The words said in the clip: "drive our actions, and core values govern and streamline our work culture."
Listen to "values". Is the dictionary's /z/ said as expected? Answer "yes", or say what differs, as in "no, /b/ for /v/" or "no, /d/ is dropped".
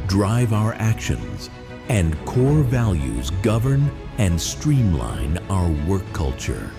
yes